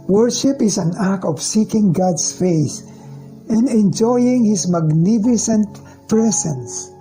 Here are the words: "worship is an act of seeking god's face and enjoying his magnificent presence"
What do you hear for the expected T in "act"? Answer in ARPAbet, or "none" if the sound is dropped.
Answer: none